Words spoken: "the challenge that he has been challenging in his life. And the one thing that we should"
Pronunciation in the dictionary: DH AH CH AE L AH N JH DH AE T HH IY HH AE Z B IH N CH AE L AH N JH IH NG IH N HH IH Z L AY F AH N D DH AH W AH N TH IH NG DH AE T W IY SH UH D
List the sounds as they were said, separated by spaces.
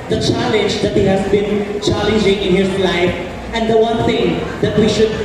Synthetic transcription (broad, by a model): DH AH CH AE L AH N JH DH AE T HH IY HH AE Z B IH N CH AE L AH N JH IH NG IH N HH IH Z L AY F AH N D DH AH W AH N T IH NG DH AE T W IY SH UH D